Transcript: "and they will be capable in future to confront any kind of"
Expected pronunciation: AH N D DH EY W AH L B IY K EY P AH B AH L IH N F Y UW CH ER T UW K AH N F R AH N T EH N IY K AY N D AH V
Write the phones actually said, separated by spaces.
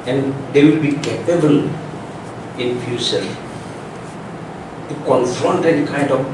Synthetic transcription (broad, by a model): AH N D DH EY W AH L B IY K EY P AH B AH L IH N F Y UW S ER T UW K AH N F R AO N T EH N K AY N D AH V